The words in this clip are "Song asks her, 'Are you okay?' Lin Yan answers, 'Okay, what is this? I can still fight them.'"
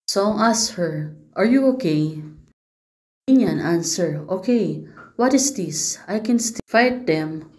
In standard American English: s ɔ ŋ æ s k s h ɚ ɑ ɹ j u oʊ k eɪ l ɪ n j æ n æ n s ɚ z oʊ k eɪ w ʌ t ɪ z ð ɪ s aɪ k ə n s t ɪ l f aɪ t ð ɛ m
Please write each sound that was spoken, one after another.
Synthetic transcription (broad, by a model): s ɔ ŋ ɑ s s h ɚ ɑ ɹ j u oʊ k eɪ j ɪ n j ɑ n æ n s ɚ oʊ k eɪ w ʌ t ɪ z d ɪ s aɪ k ə n s t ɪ f aɪ t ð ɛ m